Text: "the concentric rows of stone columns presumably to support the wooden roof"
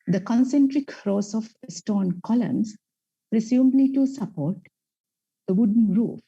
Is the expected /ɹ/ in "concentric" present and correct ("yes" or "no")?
yes